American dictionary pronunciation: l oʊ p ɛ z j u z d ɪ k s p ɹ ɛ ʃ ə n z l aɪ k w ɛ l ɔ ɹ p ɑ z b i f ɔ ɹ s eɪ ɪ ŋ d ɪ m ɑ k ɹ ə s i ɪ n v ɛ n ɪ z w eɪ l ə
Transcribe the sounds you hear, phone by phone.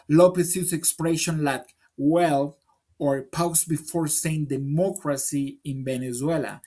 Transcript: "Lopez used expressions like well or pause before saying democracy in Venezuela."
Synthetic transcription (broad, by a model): l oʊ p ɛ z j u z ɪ k s p ɹ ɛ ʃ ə n l aɪ k w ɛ l ɔ ɹ p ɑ s b i f ɔ ɹ s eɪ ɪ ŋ d ɪ m ɑ k ɹ ə s i ɪ n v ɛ n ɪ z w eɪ l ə